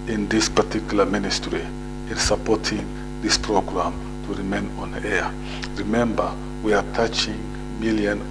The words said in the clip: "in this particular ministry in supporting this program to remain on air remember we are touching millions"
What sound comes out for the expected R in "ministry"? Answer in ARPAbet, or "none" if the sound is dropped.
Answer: R